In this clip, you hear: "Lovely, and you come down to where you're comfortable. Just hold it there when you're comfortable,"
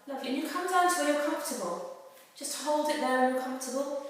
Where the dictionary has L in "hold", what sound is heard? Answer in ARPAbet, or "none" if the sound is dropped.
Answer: L